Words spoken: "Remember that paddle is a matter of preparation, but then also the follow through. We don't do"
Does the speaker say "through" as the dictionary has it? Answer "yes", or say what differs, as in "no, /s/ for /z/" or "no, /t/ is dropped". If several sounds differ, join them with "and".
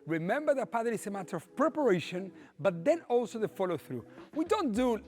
yes